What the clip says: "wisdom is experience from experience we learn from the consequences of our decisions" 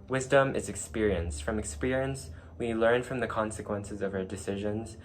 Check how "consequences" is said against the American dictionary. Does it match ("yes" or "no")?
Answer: yes